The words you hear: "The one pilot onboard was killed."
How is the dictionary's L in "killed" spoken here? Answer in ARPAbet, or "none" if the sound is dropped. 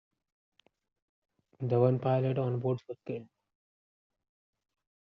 N